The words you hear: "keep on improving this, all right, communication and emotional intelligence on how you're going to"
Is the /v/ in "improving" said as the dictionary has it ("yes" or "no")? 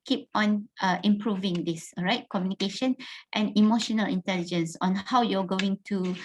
yes